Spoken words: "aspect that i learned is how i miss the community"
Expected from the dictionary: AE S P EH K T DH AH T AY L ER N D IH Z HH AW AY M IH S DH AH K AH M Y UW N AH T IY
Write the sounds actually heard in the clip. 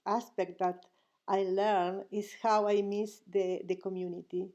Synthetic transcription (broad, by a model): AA S P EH K T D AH T AY L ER N IH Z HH AW AY M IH S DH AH K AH M Y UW N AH T IY